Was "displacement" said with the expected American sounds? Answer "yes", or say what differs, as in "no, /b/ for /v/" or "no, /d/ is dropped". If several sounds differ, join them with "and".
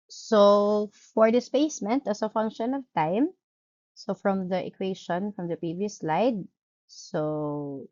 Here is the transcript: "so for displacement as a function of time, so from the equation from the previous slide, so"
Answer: no, /l/ is dropped